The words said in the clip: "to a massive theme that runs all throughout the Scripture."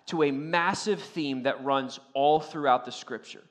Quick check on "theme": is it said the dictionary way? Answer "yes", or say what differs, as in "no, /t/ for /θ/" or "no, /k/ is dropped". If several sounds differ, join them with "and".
yes